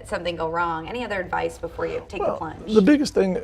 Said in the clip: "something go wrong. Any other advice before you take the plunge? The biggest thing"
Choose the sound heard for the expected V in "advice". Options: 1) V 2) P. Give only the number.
1